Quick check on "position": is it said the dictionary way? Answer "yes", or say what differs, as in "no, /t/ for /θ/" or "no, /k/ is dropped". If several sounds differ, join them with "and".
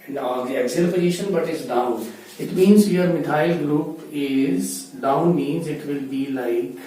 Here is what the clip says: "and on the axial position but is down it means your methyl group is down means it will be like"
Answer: no, /b/ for /p/